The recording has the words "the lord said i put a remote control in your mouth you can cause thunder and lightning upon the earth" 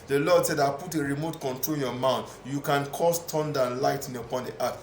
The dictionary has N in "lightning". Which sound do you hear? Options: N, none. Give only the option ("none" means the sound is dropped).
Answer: none